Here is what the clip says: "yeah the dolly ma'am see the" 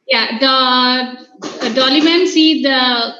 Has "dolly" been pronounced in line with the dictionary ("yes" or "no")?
yes